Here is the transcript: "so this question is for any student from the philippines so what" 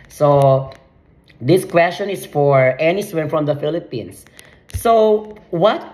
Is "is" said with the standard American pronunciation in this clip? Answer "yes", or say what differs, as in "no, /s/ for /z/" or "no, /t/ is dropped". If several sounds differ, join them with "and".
no, /s/ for /z/